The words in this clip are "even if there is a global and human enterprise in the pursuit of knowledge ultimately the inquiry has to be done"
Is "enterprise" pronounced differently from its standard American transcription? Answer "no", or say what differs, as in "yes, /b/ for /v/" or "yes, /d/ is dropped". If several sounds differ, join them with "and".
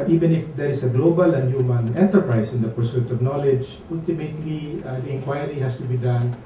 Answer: yes, /s/ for /z/